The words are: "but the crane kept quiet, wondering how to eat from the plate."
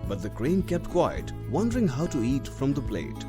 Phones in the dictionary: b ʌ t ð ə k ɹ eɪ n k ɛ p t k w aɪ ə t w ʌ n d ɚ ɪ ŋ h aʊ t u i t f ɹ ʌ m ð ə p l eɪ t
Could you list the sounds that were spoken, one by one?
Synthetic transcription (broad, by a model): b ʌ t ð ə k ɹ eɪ n k ɛ p t k w aɪ ə t w ʌ n d ɚ ɪ ŋ h aʊ t u i t f ɹ ʌ m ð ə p l eɪ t